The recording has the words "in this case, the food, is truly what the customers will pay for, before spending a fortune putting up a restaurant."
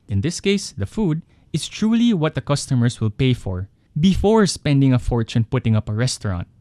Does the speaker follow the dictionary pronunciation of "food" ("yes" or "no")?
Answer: yes